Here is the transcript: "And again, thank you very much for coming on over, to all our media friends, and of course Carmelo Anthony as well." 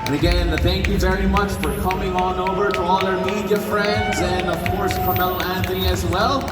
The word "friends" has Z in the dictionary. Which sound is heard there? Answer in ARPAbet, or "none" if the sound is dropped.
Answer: Z